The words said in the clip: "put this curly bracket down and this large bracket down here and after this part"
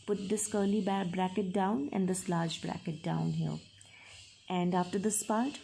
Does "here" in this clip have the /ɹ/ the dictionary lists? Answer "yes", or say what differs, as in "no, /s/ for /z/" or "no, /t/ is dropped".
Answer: no, /l/ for /ɹ/